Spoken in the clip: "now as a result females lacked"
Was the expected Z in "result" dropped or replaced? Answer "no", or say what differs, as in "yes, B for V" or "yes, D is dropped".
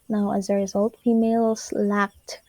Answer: no